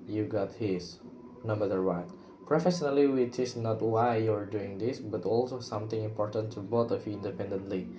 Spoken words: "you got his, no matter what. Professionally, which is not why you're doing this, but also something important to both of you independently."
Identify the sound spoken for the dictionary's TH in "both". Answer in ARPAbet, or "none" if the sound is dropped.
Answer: T